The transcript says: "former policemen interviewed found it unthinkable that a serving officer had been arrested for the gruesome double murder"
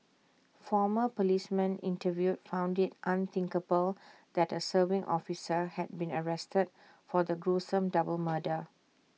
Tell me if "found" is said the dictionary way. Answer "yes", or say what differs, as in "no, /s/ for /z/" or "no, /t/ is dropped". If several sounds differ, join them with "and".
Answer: yes